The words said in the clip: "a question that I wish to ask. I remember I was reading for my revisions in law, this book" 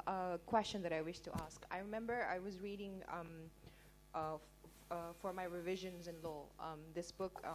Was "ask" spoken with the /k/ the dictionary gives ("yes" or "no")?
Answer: yes